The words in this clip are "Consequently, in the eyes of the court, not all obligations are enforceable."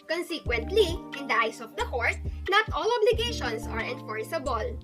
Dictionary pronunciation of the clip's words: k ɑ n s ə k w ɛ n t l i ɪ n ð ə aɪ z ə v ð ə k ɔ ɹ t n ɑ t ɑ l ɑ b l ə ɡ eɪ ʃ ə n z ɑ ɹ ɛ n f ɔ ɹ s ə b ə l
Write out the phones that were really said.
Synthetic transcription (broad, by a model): k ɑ n s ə k w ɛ n t l i ɪ n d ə aɪ s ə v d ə k ɔ ɹ t n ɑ t ɑ l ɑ b l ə ɡ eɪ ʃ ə n s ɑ ɹ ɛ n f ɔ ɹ s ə b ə l